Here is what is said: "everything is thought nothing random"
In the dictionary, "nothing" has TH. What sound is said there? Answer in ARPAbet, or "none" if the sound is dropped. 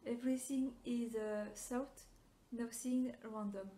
S